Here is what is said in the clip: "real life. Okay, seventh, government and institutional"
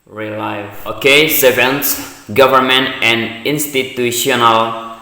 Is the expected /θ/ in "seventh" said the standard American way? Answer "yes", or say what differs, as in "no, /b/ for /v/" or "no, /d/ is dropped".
no, /s/ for /θ/